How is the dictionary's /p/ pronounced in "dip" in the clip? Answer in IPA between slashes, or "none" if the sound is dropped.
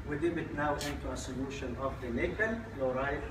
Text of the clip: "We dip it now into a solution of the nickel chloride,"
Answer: /b/